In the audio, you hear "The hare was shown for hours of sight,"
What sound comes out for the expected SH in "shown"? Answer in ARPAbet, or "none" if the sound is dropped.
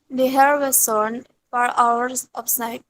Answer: S